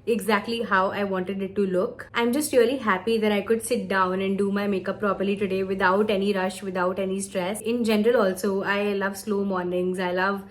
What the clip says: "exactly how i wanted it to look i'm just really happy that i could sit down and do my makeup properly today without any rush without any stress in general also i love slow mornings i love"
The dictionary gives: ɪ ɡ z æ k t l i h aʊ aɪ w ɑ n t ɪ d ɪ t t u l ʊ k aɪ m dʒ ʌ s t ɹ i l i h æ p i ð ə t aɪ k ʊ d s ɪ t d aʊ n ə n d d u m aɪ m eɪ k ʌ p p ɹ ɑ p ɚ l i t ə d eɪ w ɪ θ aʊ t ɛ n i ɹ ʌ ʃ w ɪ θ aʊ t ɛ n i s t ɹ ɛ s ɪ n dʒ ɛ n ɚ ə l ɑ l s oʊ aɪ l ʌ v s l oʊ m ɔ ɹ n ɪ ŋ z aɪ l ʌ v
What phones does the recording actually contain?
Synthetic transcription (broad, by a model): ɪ ɡ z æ k t l i h aʊ aɪ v ɑ n t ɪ d ɪ t t u l ʊ k aɪ m dʒ ʌ s t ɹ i l i h æ p i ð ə t aɪ k ʊ d s ɪ t d aʊ n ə n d d u m aɪ m eɪ k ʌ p p ɹ ɑ p ɚ l i t ə d eɪ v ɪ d aʊ t ɛ n i ɹ ʌ ʃ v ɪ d aʊ t ɛ n i s t ɹ ɛ s ɪ n dʒ ɛ n ɚ ə l ɑ l s oʊ aɪ l ʌ v s l oʊ m ɔ ɹ n ɪ ŋ z aɪ l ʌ v